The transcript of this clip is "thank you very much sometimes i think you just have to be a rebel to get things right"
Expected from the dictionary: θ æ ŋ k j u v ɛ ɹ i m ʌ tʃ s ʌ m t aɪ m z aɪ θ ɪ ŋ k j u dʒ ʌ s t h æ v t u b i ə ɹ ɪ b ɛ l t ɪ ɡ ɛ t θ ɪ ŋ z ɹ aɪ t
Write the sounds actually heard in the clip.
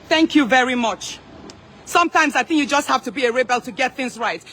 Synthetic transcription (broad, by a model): θ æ ŋ k j u v ɛ ɹ i m ʌ tʃ s ʌ m t aɪ m z aɪ θ ɪ ŋ k j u dʒ ʌ s t h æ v t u b i ə ɹ ɪ b ɛ l t ɪ ɡ ɛ t θ ɪ ŋ z ɹ aɪ t